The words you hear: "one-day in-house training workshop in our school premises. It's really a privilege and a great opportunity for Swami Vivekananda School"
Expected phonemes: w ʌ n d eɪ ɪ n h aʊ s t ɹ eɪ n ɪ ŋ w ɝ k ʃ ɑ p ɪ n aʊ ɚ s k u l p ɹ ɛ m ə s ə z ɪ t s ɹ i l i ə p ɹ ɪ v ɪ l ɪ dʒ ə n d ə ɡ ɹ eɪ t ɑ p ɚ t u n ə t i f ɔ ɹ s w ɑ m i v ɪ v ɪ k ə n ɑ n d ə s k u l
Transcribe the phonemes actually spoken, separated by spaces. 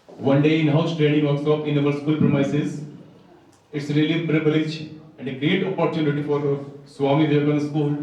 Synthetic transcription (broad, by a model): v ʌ n d eɪ ɪ n h aʊ s t ɹ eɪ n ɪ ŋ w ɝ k s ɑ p ɪ n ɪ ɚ s k u l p ɹ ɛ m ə s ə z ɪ t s ɹ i l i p ɹ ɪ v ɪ l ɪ dʒ ə n d ə ɡ ɹ eɪ t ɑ p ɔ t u n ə t i f ɔ ɹ s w ɑ m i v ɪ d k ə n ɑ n s k u l